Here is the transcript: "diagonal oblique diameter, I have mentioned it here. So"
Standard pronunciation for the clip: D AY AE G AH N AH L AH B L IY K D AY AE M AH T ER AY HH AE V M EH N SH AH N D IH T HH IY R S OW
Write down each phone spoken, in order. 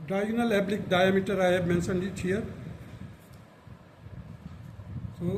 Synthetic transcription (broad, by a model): D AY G N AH L AH B L IY K D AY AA M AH T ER AY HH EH B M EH N S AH N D IH T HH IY R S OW